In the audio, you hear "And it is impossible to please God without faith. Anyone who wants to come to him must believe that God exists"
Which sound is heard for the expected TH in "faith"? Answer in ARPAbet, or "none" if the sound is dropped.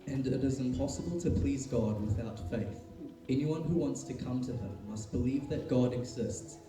TH